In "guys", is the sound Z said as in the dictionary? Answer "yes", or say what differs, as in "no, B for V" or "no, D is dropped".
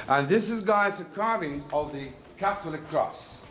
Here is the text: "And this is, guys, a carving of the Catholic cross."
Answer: no, S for Z